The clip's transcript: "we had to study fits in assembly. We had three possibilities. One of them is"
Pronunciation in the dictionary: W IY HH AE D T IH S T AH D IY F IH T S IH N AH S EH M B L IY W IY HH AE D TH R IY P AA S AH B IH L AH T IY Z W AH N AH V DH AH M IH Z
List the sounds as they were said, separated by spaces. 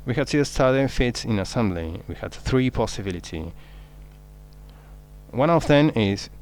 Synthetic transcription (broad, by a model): W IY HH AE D T IH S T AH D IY F IH T S IH N AH S EH M B L IY W IY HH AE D TH R IY P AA S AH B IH L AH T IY W AH N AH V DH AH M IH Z